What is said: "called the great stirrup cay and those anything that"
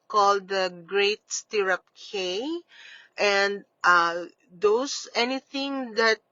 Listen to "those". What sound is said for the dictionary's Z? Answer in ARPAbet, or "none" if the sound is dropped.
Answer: S